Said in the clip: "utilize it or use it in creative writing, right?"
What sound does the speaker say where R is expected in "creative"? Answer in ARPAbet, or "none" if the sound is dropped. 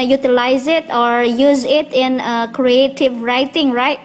R